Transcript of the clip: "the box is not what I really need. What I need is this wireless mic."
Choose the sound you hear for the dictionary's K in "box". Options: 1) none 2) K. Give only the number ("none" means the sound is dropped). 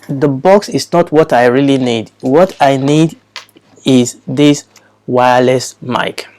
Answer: 2